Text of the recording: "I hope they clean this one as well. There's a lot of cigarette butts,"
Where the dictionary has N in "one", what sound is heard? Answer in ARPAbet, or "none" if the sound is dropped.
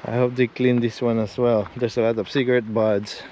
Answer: N